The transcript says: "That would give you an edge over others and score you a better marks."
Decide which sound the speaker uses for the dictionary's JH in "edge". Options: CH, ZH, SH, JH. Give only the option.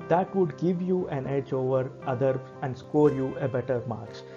JH